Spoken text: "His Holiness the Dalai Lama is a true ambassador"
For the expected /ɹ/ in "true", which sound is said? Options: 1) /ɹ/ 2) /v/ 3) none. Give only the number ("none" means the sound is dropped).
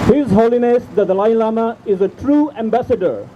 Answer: 1